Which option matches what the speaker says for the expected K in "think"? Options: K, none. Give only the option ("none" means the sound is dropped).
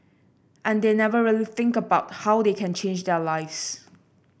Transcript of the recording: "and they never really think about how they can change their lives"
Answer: K